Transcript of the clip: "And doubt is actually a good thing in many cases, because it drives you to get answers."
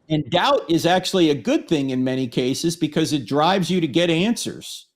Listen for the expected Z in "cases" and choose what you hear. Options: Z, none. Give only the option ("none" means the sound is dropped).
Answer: Z